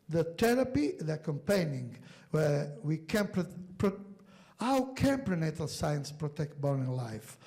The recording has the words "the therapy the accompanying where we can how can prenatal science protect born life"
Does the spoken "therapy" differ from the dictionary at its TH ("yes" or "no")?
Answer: yes